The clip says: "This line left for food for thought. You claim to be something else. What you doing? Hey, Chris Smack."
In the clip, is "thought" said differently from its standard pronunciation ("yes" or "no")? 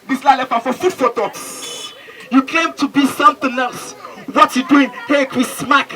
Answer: yes